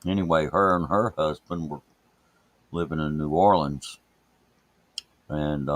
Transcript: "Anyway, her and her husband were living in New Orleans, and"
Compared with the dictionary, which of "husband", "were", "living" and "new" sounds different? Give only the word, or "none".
none